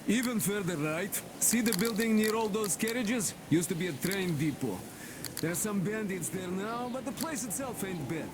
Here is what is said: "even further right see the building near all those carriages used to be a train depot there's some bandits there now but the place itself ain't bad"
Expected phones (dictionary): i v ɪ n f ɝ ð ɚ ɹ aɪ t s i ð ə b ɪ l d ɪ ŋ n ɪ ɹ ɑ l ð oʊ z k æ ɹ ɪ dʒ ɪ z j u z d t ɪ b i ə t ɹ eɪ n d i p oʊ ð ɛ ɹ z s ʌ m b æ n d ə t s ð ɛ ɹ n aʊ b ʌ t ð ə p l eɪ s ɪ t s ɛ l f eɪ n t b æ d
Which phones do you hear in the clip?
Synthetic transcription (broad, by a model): i v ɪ n f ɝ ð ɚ ɹ aɪ t s i ð ə b ɪ l d ɪ ŋ n ɪ ɹ ɑ l ð oʊ z k æ ɹ ɪ dʒ ɪ z j u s t ɪ b i ə t ɹ eɪ n d i p oʊ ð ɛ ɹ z s ʌ m b æ n d ə t s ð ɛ ɹ n aʊ b ʌ t ð ə p l eɪ s ɪ t s ɛ l f eɪ n t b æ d